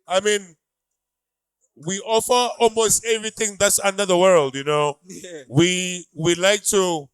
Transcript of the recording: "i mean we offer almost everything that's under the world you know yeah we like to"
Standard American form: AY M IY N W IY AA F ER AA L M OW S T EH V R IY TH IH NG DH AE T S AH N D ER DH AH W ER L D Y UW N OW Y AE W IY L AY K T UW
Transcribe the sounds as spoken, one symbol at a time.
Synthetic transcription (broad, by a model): AY M IY N W IY AA F ER AA L M OW S T EH V R IY TH IH NG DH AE T S AH N D ER DH AH W ER L D Y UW N OW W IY W IY L AY K T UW